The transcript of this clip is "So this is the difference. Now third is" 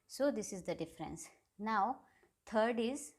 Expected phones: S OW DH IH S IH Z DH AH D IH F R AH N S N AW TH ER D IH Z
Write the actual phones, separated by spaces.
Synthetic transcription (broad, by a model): S OW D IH S IH Z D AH D IH F R AH N S N AW T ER D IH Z